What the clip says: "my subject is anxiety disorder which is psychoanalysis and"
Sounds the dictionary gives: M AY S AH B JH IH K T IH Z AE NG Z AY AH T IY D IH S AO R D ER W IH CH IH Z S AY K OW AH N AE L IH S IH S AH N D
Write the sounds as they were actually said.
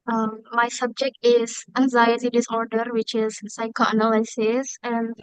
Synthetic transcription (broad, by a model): M AY S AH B JH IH K T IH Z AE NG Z AY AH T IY D IH S AO R D ER W IH CH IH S AY K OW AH N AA L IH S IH S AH N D